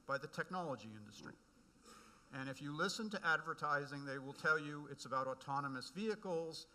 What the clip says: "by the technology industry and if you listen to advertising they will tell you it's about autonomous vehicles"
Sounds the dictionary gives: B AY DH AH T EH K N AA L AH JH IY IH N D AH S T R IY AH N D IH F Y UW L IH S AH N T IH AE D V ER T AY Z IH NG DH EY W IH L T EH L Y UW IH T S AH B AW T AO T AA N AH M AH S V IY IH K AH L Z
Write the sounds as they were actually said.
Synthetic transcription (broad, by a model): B AY DH AH T EH K N AA L AH JH IY IH N D AH S T R IY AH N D IH F Y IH L IH S AH N T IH AE D V ER T AY Z IH NG DH EY W IH L T EH L Y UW IH T S AH B AW T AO T AA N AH M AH S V IY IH K L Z